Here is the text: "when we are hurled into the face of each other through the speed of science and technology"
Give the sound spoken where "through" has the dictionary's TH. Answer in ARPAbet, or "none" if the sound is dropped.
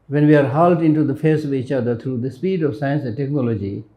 T